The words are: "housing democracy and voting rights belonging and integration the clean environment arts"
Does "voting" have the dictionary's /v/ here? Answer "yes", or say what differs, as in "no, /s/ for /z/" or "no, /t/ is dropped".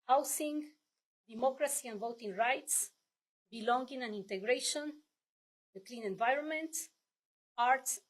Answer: yes